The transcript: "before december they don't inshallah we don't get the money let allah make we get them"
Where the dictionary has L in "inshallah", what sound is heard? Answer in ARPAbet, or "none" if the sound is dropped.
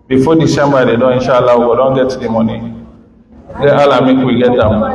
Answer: L